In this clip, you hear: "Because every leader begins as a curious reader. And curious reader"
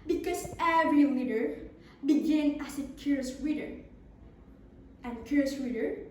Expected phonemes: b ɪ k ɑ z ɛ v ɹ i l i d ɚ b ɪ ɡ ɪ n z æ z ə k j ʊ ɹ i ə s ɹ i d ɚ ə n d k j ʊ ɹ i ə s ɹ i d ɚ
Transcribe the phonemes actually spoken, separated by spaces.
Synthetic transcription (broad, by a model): b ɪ k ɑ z ɛ v ɹ i w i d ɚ b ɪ ɡ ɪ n æ s ə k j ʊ ɹ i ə s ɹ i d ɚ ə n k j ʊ ɹ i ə s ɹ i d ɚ